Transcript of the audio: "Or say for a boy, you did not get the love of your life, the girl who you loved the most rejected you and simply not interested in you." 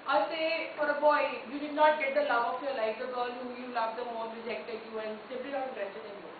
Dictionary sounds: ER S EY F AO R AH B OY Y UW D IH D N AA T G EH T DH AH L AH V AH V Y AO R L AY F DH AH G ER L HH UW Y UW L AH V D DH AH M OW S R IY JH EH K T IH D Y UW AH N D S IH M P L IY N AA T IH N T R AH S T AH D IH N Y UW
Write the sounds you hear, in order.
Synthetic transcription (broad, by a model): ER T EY F AO R AH B OY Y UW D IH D N AA T G EH T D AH L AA AH F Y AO L AY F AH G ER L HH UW Y UW L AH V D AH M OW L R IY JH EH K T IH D Y UW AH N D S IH P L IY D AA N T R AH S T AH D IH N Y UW